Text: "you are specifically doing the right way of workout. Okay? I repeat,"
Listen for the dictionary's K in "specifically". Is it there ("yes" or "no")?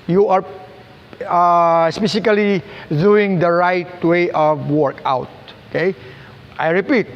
no